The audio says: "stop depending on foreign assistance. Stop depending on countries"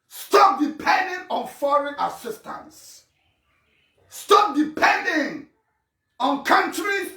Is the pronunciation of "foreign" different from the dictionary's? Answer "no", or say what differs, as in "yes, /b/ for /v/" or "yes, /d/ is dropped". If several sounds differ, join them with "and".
no